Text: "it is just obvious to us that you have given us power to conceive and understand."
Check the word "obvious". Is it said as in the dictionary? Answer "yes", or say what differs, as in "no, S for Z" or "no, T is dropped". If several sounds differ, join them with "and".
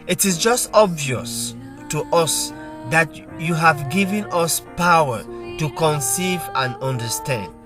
yes